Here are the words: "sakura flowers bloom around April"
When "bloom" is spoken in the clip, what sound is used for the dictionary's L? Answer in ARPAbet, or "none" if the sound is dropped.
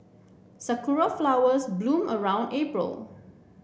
L